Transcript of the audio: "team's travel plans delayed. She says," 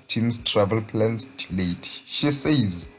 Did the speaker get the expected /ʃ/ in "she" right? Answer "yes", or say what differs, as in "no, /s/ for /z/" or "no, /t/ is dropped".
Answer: yes